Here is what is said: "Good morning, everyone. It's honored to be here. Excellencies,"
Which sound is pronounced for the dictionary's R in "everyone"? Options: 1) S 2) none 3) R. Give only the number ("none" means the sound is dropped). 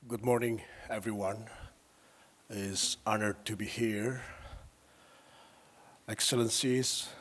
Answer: 3